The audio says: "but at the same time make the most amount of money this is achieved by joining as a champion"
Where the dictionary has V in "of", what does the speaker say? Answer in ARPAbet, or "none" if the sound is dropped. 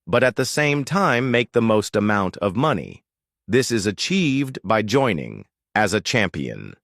V